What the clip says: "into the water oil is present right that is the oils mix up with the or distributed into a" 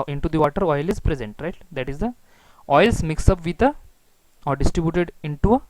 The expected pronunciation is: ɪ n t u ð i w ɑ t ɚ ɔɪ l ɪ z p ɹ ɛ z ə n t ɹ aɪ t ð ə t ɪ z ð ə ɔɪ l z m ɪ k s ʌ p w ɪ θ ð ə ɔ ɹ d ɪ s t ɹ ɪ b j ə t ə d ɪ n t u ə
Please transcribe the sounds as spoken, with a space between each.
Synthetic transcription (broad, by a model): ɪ n t u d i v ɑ t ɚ ɔɪ l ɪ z p ɹ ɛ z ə n t ɹ aɪ t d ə t ɪ z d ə ɔɪ l s m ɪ k s ʌ p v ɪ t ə ɔ ɹ d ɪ s t ɹ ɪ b j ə t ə d ɪ n t u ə